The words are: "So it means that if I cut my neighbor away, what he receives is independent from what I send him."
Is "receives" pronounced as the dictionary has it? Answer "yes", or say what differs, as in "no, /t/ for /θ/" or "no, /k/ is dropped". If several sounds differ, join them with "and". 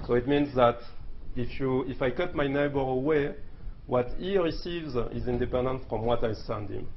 yes